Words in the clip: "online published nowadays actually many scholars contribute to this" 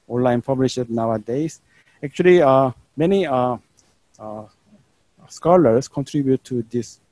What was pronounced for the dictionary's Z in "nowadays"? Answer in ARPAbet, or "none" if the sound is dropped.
S